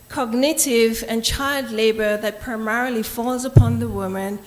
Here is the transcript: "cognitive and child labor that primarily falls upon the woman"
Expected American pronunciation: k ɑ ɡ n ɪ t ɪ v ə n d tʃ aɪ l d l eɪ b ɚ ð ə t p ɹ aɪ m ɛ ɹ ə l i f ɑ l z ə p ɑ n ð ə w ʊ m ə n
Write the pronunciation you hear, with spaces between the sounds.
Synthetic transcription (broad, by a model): k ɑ ɡ n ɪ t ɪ v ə n tʃ aɪ l d l eɪ b ɚ ð ə t p ɹ aɪ m ɛ ɹ ə l i f ɑ l z ə p ɑ n ð ə w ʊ m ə n